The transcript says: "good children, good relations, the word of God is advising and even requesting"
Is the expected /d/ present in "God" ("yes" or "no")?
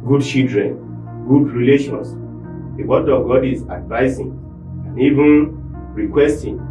yes